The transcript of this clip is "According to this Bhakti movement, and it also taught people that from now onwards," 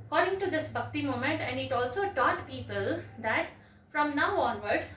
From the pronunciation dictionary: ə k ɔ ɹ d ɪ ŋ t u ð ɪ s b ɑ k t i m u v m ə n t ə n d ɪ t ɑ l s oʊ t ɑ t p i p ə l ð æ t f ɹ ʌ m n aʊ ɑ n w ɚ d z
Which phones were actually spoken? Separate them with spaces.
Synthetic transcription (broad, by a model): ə k ɔ ɹ d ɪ ŋ t u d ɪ s b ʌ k t i m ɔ m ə n t ə n d ɪ t ɑ l s oʊ t ɑ t p i p ə l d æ t f ɹ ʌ m n aʊ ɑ n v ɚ d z